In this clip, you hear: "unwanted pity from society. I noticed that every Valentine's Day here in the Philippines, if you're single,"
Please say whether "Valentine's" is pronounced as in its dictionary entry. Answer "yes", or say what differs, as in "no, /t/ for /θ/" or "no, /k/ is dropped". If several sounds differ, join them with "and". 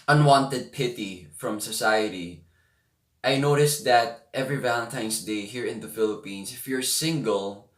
no, /s/ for /z/